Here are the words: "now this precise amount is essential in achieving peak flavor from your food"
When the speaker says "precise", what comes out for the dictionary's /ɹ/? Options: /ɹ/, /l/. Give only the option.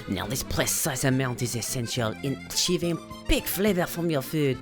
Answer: /l/